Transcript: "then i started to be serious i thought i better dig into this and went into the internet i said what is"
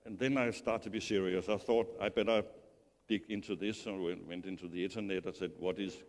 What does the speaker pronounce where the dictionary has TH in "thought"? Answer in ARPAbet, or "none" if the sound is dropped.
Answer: TH